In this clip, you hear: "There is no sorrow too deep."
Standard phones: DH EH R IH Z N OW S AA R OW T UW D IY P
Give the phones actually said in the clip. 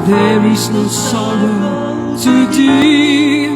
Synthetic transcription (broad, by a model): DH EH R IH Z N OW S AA L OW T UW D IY